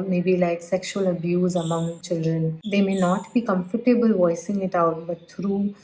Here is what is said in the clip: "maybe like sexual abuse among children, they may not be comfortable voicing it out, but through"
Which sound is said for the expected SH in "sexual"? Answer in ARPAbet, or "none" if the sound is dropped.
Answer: SH